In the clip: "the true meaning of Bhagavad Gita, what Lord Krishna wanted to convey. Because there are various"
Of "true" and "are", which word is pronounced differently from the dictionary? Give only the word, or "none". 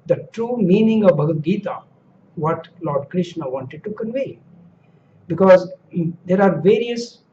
none